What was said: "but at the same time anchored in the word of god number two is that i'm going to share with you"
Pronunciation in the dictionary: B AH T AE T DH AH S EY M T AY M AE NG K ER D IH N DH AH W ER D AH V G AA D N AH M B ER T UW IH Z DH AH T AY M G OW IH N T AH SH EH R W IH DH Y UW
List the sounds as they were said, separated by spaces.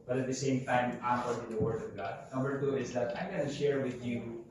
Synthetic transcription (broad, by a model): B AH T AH T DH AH S EY M T AY M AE K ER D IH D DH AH W ER D AH V G AA D N AH M B ER T UW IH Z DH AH T AY M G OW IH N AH SH EH R W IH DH Y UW